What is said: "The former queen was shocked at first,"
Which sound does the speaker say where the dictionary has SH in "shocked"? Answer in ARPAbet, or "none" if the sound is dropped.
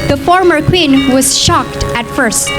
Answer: SH